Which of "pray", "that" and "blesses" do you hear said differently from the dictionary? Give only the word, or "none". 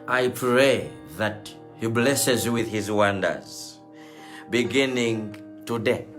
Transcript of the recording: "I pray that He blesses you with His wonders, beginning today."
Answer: none